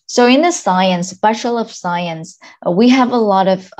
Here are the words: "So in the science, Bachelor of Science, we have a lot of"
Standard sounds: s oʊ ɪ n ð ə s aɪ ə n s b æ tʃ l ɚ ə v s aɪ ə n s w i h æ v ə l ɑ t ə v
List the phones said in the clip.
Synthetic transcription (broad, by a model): s oʊ ɪ n ð ə s aɪ ə n s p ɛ ʃ l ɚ ə v s aɪ ə n s w i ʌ v ə l ɑ t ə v